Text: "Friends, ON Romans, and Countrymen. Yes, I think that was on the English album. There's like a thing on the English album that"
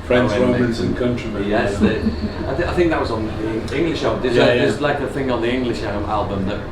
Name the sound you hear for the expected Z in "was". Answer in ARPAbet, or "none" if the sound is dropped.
Z